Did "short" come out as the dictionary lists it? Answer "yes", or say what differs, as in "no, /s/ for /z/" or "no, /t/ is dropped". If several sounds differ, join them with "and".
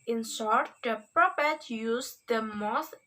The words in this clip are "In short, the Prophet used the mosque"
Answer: no, /s/ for /ʃ/